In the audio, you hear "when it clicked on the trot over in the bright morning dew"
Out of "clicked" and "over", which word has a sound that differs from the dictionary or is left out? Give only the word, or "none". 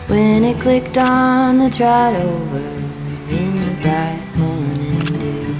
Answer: none